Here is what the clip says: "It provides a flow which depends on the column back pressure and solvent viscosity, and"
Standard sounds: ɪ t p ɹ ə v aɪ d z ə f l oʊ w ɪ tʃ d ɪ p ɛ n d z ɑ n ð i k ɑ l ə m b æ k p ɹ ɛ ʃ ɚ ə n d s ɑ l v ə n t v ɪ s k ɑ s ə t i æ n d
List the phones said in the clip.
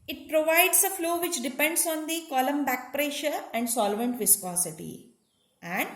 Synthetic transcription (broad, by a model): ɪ t p ɹ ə v aɪ d s ə f l oʊ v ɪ tʃ d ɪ p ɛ n d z ɑ n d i k ɑ l ə m b æ k p ɹ ɛ ʃ ɚ ə n d s ɑ l v ə n t v ɪ s k ɑ s ə t i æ n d